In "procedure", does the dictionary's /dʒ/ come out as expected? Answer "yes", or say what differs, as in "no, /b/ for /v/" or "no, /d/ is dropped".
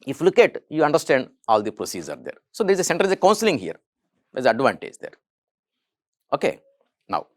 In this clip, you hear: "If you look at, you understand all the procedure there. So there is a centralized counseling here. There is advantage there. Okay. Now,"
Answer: no, /z/ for /dʒ/